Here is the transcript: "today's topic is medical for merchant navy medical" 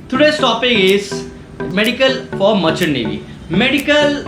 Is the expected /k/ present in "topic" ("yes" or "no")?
no